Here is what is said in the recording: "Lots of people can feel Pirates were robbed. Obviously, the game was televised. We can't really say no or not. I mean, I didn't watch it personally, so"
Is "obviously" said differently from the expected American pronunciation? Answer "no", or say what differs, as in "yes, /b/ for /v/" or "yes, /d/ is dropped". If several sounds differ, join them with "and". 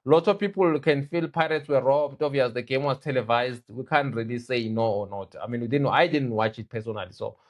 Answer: yes, /b/ is dropped